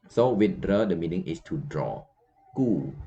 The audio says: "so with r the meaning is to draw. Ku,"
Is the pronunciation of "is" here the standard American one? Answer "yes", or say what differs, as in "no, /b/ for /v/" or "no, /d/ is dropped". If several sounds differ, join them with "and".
no, /s/ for /z/